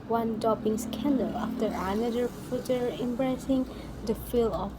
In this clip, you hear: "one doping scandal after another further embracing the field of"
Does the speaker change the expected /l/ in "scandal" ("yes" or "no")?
no